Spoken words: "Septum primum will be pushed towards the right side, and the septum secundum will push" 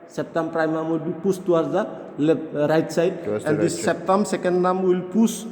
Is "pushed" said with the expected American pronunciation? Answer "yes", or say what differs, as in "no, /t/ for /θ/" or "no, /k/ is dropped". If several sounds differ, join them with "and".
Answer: no, /s/ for /ʃ/